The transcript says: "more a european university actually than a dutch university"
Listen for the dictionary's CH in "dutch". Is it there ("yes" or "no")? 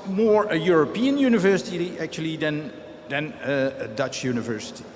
yes